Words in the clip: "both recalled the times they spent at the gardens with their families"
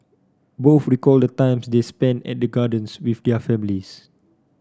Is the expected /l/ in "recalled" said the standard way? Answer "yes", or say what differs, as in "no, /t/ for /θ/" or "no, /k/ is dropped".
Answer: yes